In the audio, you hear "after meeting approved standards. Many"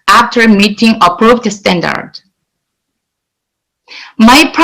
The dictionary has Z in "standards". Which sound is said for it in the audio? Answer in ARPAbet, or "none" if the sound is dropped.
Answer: none